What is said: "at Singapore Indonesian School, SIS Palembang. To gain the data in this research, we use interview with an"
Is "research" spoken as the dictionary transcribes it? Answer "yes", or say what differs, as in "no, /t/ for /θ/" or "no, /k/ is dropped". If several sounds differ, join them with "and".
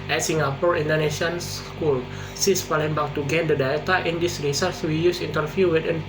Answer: no, /s/ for /tʃ/